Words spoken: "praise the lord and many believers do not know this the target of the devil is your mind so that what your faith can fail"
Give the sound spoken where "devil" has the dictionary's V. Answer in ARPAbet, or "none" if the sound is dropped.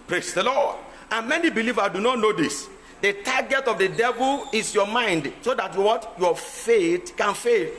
V